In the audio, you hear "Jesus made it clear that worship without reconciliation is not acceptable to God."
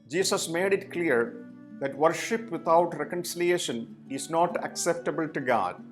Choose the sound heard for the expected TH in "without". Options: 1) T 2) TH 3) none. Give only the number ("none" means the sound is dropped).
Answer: 1